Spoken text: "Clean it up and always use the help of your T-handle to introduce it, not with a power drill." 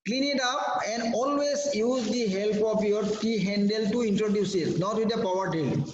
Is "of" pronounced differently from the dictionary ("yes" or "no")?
yes